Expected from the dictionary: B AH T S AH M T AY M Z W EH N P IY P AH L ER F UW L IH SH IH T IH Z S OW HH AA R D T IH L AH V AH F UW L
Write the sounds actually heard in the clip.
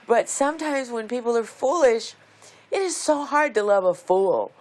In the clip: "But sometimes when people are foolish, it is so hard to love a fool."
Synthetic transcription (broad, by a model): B AH T S AH M T AY M Z W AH N P IY P L ER F UW L IH SH IH T IH Z S OW HH AA R D T IH L AH V AH F UW L